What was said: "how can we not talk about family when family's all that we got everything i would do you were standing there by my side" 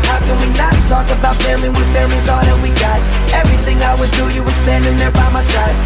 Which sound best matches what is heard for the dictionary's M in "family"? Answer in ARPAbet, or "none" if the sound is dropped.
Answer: none